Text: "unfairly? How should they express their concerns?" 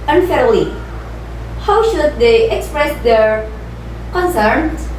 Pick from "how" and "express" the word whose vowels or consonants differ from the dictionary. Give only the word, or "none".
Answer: none